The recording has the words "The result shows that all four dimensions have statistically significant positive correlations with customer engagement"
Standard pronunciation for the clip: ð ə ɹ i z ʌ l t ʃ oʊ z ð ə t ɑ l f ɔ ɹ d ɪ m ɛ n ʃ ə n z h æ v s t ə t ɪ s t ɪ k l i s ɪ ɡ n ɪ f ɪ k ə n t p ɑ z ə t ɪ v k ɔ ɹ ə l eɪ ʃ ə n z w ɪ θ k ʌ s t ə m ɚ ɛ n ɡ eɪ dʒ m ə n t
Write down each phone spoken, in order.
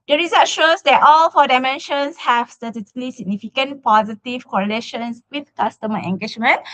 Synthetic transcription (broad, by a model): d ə ɹ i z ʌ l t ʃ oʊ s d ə t ɑ l f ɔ d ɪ m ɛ n ʃ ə n s h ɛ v s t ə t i t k l i s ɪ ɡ n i f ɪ k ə n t p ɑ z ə t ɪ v k ɔ ɹ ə l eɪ ʃ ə n s w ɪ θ k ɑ s t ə m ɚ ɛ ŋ ɡ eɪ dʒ m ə n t